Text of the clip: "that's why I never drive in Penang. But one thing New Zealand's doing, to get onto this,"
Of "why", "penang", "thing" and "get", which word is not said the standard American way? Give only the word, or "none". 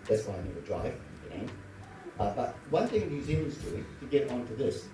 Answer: penang